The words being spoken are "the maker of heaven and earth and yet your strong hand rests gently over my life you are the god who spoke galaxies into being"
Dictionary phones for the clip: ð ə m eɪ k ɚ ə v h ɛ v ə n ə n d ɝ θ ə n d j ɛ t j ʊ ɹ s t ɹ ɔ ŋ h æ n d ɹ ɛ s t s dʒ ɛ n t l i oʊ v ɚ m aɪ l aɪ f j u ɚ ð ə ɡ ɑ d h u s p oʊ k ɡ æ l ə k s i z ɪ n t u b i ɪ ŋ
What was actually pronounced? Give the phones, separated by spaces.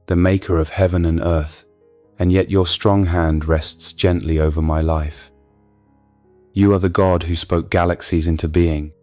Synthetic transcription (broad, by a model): ð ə m eɪ k ɚ ə v h ɛ v ə n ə n ɝ θ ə n j ɛ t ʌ ɹ s t ɹ ɔ ŋ h æ n d ɹ ɛ s t s dʒ ɛ n t l i oʊ v ɚ m aɪ l aɪ f j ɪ ɚ ð ə ɡ ɑ d h u s p oʊ k ɡ æ l ə k s i z ɪ n t u b i ɪ ŋ